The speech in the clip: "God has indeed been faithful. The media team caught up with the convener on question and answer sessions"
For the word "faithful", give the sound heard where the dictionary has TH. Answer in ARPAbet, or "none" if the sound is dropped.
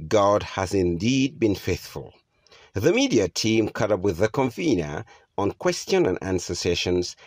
TH